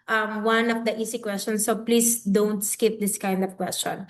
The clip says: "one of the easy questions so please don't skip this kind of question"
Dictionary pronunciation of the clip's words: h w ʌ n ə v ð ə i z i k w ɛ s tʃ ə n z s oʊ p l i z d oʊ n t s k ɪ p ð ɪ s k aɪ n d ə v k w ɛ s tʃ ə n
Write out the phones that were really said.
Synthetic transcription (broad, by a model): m w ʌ n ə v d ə i s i k w ɛ s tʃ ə n s oʊ p l i s d oʊ n t s k ɪ p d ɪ s k aɪ n d ə v k w ɛ s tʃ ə n